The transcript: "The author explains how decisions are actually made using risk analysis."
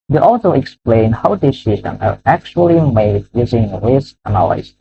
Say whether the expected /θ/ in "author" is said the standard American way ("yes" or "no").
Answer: no